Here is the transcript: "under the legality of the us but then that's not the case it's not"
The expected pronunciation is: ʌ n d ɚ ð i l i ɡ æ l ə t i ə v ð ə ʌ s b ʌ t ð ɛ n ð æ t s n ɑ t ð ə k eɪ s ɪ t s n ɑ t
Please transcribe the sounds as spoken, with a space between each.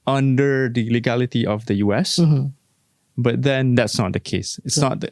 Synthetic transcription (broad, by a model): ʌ n d ɚ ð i l i ɡ æ l ə t i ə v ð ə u s b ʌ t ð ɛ n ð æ t s n ɑ t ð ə k eɪ s ɪ t s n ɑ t